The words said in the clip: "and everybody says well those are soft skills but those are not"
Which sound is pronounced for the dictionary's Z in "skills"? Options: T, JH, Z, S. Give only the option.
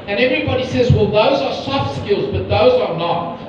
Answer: Z